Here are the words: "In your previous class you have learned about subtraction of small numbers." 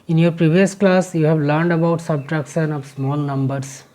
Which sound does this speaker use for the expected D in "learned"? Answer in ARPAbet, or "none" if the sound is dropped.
D